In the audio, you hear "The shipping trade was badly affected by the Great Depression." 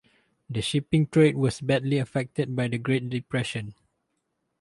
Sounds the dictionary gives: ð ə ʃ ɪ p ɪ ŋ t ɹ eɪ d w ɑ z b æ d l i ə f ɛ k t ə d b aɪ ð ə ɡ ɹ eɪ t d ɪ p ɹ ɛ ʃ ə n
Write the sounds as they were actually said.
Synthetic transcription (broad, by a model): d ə ʃ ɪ p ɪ ŋ t ɹ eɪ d w ɑ s b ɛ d l i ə f ɛ k t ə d b aɪ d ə ɡ ɹ eɪ t d ɪ p ɹ ɛ ʃ ə n